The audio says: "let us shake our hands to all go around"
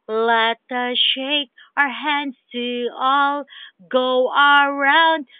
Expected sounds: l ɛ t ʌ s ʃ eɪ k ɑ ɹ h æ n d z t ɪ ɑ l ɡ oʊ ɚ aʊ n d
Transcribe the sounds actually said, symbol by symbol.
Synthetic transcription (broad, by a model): l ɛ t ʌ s ʃ eɪ k ɑ ɹ h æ n d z t ɪ ɑ l ɡ oʊ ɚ aʊ n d